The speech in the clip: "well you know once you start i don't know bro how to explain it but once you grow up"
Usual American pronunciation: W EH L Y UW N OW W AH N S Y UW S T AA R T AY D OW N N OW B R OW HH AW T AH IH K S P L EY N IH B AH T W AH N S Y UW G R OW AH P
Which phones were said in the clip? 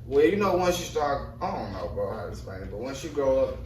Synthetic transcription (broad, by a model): W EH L Y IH N OW W AH N S Y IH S T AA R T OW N N OW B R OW HH AW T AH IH S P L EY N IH B AH T W AH N S Y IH G R OW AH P